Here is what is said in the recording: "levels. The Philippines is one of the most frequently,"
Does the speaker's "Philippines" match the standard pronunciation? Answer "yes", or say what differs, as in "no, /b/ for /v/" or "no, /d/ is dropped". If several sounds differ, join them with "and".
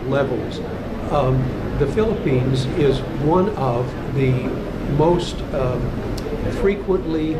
yes